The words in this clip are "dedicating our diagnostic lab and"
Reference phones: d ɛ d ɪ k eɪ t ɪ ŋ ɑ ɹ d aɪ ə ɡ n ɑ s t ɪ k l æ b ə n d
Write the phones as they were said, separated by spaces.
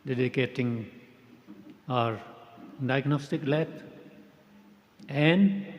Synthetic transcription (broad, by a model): d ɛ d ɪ k eɪ t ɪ ŋ ɑ ɹ d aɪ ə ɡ n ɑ s t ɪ k l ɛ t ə n d